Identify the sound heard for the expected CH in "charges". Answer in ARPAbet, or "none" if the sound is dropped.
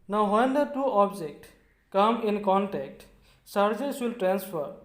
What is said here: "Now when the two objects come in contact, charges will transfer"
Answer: S